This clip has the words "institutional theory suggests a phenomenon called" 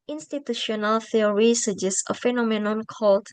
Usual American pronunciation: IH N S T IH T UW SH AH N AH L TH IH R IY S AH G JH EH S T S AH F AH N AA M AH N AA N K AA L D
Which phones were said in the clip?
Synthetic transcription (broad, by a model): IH N S T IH T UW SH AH N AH L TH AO R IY S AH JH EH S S AH F AH N AA M AH N AA N K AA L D